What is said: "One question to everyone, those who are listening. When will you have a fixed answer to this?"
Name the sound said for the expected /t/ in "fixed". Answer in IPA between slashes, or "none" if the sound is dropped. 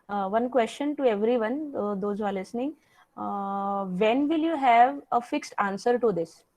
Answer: /t/